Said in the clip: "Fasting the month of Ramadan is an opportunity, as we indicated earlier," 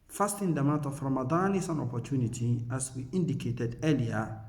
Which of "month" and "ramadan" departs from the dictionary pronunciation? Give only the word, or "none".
month